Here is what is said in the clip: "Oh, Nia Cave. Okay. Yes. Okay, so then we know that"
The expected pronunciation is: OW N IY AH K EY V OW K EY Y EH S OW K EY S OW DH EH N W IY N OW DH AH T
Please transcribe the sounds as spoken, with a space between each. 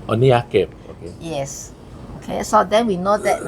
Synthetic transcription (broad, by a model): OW N IY AH K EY P OW K EY Y EH S OW K EY S OW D EH N W IY N OW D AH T